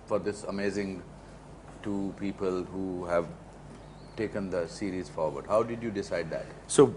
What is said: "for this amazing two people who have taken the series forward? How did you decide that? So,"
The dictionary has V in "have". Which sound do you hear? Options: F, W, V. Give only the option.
V